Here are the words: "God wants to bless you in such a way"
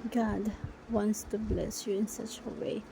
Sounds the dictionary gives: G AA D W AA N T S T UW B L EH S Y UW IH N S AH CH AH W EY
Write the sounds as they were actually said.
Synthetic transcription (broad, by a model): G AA D W AA N T S T UW B L EH S Y UW IH N S AH CH AH W EY